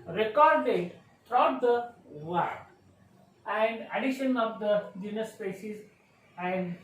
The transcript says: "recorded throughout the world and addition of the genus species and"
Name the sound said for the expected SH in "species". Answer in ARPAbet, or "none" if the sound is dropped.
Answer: S